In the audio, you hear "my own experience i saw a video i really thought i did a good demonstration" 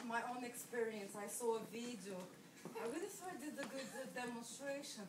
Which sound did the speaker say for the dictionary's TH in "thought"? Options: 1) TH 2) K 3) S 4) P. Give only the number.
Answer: 3